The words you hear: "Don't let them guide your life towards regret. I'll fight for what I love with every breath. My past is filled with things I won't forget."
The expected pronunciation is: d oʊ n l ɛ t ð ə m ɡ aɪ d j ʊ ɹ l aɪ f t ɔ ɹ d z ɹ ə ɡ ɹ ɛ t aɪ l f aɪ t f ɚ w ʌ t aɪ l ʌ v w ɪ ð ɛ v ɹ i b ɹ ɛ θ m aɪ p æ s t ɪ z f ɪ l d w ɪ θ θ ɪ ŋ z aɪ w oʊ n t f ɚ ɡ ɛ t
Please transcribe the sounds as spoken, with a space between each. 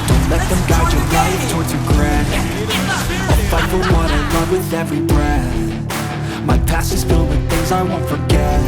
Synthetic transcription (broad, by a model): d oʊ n l ɛ t ð ə m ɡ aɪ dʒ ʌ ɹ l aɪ t ɔ ɹ d z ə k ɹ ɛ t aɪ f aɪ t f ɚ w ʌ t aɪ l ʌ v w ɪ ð ɛ v ɹ i b ɹ ɛ θ m aɪ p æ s ɪ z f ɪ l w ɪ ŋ θ ɪ ŋ z aɪ w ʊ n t f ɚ ɡ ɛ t